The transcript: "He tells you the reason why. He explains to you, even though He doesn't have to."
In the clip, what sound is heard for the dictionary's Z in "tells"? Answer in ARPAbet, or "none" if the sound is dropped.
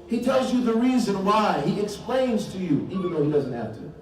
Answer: Z